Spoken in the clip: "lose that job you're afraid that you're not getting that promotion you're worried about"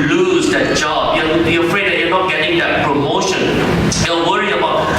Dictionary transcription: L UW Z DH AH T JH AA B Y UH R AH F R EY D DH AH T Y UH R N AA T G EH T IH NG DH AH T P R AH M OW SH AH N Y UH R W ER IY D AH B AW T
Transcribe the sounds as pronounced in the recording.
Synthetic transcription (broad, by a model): L UW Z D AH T JH AA B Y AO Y AH F R EY D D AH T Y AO N AA T G EH T IH NG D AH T P R AH M OW SH AH N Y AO W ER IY AH B AW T